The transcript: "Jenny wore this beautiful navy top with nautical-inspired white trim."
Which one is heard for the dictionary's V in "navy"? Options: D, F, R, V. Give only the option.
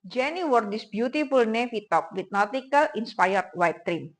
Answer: F